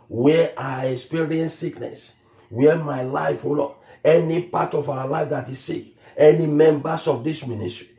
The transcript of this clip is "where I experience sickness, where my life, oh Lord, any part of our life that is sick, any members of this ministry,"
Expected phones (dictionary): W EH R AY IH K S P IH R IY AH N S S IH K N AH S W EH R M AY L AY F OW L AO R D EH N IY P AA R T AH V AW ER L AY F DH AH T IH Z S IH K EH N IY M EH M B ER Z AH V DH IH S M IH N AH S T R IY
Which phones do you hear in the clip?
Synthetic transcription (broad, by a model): W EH AY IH K S P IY R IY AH N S S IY K N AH S W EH M AY L AY F OW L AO EH N IY P AA T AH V AW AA L AY F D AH T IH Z S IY K EH N IY M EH M B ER S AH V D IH S M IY N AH S T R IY